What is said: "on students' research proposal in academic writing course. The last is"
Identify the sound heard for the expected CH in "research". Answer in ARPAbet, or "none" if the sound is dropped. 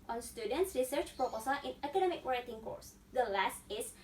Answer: CH